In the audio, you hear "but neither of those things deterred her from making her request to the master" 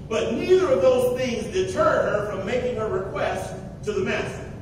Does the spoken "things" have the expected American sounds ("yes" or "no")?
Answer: yes